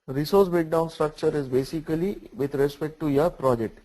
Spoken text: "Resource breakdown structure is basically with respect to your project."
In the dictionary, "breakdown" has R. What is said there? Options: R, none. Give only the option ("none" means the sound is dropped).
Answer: none